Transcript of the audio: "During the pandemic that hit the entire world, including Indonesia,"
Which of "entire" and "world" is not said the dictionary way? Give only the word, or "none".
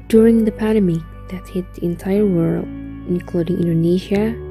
world